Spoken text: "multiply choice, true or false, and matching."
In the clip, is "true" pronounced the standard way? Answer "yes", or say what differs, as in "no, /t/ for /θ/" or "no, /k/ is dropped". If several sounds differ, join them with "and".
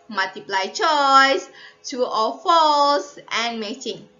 no, /ɹ/ is dropped